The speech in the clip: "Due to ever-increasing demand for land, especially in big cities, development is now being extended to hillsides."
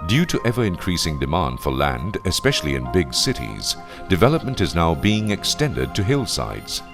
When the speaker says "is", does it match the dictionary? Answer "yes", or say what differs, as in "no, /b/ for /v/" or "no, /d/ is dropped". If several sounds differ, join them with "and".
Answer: yes